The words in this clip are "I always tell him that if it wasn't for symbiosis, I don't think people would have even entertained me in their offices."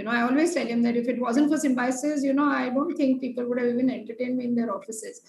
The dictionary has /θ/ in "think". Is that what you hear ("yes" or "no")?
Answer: no